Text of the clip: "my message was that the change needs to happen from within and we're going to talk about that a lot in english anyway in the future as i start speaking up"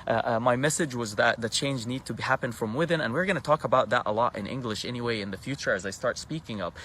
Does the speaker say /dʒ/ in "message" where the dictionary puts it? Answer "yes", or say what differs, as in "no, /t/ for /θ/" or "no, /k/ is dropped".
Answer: yes